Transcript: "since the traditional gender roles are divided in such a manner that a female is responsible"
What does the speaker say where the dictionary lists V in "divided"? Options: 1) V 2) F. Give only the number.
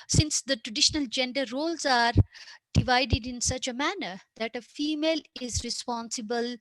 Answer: 1